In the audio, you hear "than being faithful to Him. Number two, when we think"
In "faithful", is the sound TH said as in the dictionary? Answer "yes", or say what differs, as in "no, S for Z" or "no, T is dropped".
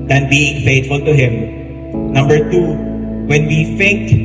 no, T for TH